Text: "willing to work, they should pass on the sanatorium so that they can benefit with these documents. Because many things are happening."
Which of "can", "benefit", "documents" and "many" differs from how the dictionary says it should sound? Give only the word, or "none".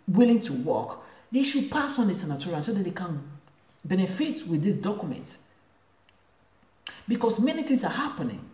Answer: documents